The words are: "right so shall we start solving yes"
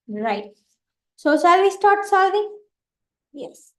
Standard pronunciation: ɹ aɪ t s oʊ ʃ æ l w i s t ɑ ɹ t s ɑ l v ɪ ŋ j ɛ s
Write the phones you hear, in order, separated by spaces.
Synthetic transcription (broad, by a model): ɹ aɪ t s oʊ s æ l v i s t ɑ ɹ t s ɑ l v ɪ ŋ j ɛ s